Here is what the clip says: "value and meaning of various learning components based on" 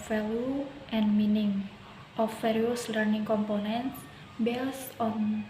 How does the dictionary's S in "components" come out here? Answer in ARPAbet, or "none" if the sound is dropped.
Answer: S